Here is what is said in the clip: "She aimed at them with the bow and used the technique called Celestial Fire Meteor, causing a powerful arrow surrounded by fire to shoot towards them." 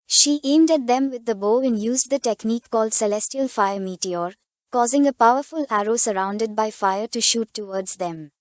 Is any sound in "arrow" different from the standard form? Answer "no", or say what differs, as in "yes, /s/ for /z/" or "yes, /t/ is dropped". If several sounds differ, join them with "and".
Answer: no